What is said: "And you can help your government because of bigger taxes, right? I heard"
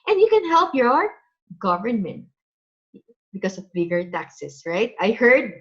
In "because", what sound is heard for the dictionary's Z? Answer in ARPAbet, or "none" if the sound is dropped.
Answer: S